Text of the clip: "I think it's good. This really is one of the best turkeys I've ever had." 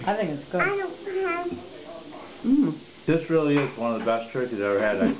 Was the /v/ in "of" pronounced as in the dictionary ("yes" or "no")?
yes